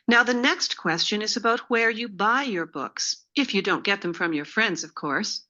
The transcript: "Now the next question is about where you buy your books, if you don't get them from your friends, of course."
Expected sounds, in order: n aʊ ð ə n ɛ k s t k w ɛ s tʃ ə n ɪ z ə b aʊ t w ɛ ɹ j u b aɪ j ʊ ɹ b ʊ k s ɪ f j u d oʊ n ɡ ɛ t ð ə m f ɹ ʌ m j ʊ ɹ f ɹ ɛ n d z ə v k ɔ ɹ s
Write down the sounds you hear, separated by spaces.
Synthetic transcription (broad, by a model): n aʊ ð ə n ɛ k s t k w ɛ s tʃ ə n ɪ z ə b aʊ t w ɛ ɹ j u b aɪ j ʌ ɹ b ʊ k s ɪ f j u d oʊ n ɡ ɛ t ð ə m f ɹ ʌ m j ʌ ɹ f ɹ ɛ n d z ə v k ɔ ɹ s